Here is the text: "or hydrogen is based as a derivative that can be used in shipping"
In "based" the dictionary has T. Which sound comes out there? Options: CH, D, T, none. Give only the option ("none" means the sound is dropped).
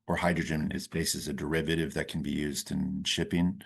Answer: none